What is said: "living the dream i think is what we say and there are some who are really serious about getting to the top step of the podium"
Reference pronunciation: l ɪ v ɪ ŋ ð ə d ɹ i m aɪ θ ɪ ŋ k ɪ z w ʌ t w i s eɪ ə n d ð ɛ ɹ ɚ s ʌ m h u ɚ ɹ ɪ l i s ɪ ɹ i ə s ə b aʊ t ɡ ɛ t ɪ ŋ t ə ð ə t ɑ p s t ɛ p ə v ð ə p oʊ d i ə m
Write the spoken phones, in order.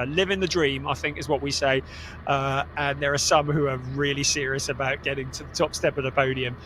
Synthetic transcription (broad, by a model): l ɪ v ɪ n ð ə d ɹ i m aɪ θ ɪ ŋ k ɪ z w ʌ t w i s eɪ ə n ð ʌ ɹ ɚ s ʌ m h u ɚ ɹ ɪ l i s ɪ ɹ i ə s ə b aʊ t ɡ ɛ t ɪ ŋ t ə ð ə t ɑ p s t ɛ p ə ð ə p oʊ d i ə m